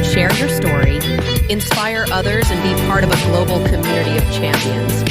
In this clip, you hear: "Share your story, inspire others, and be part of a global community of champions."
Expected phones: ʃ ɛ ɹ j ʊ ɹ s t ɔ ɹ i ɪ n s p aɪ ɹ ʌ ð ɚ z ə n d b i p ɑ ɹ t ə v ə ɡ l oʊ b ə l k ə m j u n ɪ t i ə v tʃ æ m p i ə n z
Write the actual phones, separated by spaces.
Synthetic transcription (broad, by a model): ʃ ɛ ɹ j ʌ ɹ s t ɔ ɹ i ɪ n s p aɪ ɹ ʌ ð ɚ z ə n b i p ɑ ɹ t ə v ə ɡ l oʊ b l k ə m j u n ɪ t i ə v tʃ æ m p i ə n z